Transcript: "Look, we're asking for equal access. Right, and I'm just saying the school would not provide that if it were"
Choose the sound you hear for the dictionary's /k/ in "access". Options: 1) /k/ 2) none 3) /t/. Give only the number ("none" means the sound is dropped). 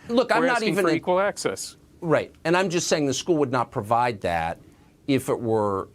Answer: 1